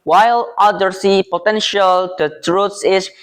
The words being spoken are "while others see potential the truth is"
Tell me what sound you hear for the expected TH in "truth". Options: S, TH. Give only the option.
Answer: S